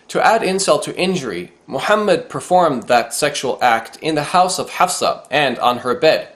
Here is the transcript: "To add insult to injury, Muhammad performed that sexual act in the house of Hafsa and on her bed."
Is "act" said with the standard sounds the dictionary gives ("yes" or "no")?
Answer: yes